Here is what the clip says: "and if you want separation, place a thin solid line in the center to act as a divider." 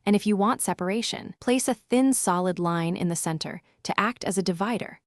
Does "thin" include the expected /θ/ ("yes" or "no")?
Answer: yes